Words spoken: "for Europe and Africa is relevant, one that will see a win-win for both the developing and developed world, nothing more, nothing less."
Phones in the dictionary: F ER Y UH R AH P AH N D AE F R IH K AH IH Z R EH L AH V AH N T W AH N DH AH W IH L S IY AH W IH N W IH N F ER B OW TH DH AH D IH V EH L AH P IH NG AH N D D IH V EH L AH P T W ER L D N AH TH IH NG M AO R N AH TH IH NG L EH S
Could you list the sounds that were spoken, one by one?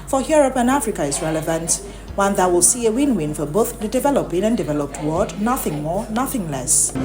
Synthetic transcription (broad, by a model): F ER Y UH R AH P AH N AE F R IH K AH IH Z R EH L AH V AH N T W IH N DH AH W IH L S IY AH W IH N W IH N F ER B OW TH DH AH D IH V EH L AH P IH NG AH N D D IH V EH L AH P T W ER D N AH TH IH NG M AO R N AH TH IH NG L EH S